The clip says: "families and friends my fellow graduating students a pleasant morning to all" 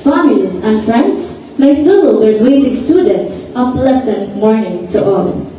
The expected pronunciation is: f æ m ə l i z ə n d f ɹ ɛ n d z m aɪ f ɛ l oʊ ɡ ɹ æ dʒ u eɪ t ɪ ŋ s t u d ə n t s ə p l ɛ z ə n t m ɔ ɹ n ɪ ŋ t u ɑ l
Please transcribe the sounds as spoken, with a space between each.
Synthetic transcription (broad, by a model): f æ m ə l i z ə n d f ɹ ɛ n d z m aɪ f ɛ l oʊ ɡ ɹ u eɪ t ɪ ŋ s t u d ə n t s ə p l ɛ s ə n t m ɔ ɹ n ɪ ŋ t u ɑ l